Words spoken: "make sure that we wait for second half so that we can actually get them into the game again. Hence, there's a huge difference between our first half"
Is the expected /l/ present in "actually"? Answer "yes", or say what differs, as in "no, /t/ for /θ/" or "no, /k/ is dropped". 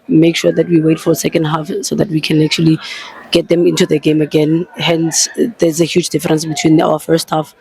yes